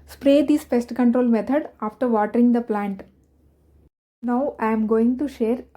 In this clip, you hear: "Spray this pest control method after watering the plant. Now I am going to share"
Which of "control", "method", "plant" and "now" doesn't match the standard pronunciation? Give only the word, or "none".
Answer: method